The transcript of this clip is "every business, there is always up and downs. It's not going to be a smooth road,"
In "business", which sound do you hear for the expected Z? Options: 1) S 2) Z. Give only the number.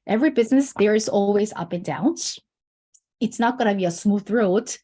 2